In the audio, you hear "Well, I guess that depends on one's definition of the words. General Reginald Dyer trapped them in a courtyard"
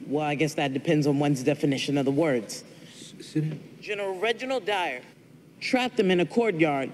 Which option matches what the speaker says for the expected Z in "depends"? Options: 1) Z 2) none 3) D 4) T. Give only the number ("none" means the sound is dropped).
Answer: 1